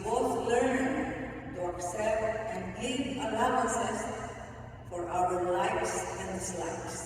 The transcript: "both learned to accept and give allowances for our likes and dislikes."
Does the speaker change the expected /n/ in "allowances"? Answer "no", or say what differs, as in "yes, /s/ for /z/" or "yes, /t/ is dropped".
yes, /n/ is dropped